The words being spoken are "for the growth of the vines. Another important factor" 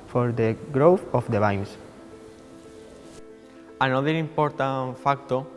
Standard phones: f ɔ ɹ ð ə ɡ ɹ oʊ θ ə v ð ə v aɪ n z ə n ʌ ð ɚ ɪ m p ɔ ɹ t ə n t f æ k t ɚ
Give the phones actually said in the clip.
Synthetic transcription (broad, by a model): f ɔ ɹ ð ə ɡ ɹ oʊ θ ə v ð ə b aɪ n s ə n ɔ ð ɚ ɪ m p ɔ ɹ t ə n f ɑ k t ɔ